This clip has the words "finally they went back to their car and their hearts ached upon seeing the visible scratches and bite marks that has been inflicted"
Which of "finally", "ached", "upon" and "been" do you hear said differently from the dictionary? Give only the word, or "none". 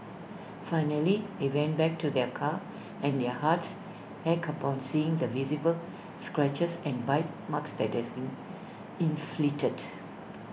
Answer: ached